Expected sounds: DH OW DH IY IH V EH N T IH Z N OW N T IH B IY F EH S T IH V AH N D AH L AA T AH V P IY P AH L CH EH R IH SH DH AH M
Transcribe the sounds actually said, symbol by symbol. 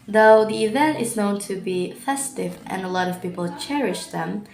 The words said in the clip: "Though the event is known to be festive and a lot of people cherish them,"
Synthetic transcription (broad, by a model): DH OW DH IY IH V EH N T IH Z N OW N T IH B IY F EH S T IH V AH N AH L AA T AH V P IY P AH L CH EH R IH SH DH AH M